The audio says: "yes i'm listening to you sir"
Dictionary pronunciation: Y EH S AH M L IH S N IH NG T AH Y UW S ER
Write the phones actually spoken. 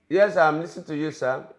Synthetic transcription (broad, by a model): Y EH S AH M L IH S IH T AH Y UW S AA